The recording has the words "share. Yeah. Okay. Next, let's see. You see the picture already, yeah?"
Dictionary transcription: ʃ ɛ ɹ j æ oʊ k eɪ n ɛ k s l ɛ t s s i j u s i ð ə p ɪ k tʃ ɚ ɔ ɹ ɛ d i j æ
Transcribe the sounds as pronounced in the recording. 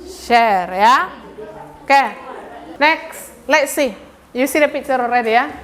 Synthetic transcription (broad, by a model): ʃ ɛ ɹ j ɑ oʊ k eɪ n ɛ k s l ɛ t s s i j u s i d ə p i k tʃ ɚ ɔ ɹ ɛ d i j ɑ